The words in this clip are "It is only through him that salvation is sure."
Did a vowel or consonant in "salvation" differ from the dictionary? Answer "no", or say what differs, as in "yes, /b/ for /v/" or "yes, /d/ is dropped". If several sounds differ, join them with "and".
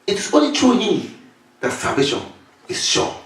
yes, /l/ is dropped